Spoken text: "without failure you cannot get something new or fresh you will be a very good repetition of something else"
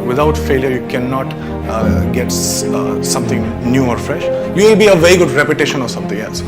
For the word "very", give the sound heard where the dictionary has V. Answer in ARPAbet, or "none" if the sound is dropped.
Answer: V